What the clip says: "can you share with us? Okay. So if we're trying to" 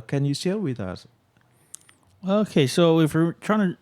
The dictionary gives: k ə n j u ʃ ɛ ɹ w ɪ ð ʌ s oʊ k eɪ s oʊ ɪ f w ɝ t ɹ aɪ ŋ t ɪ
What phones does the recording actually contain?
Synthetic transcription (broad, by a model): k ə n j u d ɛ l w ɪ ð ʌ s oʊ k eɪ s oʊ ɪ f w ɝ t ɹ aɪ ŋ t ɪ